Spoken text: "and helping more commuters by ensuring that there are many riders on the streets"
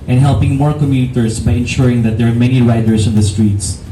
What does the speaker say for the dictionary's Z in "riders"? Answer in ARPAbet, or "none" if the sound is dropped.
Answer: S